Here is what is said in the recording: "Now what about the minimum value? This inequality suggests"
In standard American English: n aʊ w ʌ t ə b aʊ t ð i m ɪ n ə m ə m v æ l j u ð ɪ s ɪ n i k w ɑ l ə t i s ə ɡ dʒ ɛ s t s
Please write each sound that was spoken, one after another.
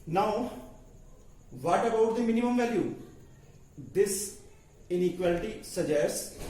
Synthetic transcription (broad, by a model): n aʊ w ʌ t ə b aʊ t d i m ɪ n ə m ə m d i j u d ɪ s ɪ n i k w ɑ l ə t i s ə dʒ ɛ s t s